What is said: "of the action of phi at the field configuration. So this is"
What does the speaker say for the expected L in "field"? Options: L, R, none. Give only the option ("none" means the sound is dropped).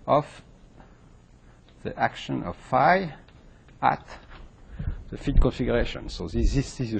none